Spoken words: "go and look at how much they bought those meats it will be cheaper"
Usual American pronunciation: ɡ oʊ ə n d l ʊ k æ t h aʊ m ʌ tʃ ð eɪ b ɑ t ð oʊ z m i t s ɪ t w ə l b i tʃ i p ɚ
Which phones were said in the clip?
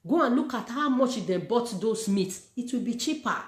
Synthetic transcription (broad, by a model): ɡ oʊ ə n l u k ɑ t h aʊ m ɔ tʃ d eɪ b ɑ t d oʊ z m i t s ɪ t w ə l b i tʃ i p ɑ